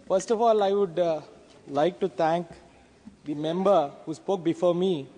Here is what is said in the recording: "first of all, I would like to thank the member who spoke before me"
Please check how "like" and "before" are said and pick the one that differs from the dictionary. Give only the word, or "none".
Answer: none